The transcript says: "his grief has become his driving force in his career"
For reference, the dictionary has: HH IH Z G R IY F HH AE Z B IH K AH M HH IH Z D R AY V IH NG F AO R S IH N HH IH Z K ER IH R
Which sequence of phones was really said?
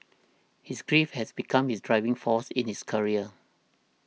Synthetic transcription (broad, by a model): HH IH S G R IY F HH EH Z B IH K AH M HH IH S D R AY V IH NG F AO S IH N HH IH S K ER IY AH